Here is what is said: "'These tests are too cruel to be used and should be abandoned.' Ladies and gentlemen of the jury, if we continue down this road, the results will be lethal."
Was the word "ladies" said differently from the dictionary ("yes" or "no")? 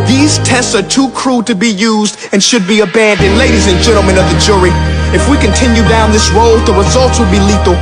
no